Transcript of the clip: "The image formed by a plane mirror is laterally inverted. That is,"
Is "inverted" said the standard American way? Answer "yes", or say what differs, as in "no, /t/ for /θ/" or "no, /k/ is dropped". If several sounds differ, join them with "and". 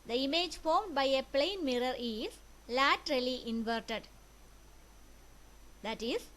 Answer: yes